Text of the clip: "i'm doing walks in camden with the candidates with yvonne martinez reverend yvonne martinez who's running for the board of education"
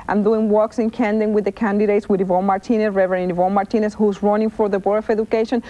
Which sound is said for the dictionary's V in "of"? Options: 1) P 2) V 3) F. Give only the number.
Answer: 3